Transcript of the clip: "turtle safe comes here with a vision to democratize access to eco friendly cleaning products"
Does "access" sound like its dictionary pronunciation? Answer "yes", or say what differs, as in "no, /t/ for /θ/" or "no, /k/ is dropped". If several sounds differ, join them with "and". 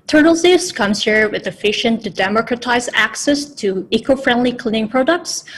yes